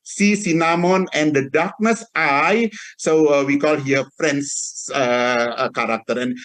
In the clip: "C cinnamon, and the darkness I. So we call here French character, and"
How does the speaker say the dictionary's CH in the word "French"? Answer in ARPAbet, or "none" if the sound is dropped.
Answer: S